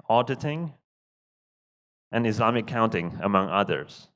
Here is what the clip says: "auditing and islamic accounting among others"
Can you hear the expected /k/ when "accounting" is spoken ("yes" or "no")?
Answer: no